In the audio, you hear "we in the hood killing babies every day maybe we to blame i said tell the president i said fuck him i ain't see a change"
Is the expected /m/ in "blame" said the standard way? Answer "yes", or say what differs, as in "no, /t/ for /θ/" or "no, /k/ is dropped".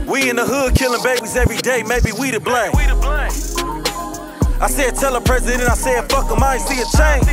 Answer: no, /m/ is dropped